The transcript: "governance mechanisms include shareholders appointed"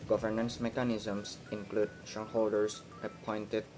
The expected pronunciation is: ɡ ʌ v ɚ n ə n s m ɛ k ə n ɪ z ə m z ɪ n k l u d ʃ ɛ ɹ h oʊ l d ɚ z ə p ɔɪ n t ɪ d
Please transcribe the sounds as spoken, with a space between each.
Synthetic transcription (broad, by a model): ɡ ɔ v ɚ n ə n s m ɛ k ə n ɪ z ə m s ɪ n k l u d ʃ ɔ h oʊ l d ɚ s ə p ɔɪ n t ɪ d